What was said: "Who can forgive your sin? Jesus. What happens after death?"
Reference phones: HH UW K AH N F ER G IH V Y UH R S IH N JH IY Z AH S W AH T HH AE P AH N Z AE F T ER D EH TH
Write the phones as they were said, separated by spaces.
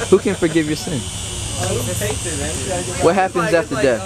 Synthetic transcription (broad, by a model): HH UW K AH N F ER G IH V Y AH R S IH N W AH T HH AE P AH N Z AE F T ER D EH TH